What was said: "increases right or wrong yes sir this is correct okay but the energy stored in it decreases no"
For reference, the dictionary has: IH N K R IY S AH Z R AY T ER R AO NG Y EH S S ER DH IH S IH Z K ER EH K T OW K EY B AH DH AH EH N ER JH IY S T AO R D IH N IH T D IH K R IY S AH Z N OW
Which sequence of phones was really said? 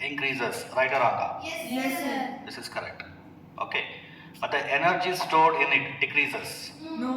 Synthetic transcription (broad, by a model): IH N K R IY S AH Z R AY T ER R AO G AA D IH S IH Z K ER EH K T OW K EY B AH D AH EH N ER JH IY S T AO R D IH N IH T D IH K R IY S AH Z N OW